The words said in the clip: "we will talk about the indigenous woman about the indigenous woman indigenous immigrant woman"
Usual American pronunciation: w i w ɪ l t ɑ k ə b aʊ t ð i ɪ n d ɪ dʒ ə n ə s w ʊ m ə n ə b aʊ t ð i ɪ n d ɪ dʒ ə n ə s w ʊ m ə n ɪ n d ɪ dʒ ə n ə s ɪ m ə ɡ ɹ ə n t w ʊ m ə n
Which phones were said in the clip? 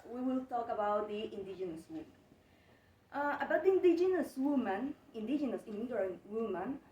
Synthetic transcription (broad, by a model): w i w ɪ l t ɑ k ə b aʊ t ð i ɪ n d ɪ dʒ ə n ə s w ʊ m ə ə b aʊ t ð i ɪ n d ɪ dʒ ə n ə s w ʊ m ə n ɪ n d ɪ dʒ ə n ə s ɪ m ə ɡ ə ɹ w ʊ m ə n